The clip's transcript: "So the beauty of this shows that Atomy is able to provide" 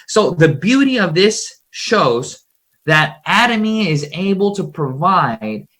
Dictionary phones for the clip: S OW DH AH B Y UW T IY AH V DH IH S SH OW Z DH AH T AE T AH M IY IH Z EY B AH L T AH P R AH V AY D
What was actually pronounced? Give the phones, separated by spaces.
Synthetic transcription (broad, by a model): S OW DH AH B Y UW T IY AH V DH IH S SH OW Z DH AH T AE T AH M IY IH Z EY B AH L T AH P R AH V AY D